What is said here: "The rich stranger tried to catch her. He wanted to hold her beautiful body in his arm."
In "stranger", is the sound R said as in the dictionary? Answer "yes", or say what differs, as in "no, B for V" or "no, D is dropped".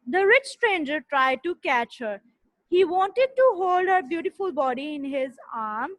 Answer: yes